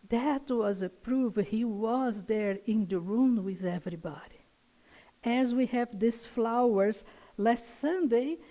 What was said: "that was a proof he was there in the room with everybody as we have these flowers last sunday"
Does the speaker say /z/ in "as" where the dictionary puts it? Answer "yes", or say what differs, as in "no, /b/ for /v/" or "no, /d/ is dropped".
yes